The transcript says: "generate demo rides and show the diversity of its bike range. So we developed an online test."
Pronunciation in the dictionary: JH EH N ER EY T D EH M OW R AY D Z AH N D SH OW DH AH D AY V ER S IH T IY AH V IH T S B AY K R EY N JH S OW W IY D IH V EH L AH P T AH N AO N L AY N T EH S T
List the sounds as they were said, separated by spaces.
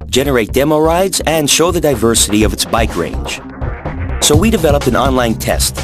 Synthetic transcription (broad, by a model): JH EH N ER EY T D EH M OW R AY D Z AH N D SH OW DH AH D AY V ER S IH T IY AH V IH T S B AY K R EY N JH S OW W IY D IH V EH L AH P AH N AO N L AY N T EH S T